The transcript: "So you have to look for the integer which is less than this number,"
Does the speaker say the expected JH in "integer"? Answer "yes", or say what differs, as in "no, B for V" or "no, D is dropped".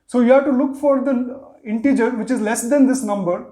yes